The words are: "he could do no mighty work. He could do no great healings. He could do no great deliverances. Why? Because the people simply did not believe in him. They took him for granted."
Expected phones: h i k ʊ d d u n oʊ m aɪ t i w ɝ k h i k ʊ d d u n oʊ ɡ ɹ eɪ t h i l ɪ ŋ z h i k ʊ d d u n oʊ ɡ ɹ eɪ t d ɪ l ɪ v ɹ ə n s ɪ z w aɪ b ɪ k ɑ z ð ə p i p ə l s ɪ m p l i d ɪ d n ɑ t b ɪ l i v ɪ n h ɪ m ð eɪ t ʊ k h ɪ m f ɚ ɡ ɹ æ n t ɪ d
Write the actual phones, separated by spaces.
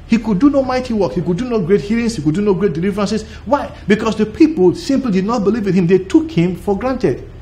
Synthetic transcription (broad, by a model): h i k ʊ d d u n oʊ m aɪ t i w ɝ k h i k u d d u n oʊ ɡ ɹ eɪ t h i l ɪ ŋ s h i k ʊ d d u n oʊ ɡ ɹ eɪ t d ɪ l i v ɹ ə n s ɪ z w aɪ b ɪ k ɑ s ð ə p i p ə l s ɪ m p l i d ɪ d n ɑ t b ɪ l i v ɪ n h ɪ m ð eɪ t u k h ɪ m f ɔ ɡ ɹ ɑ n t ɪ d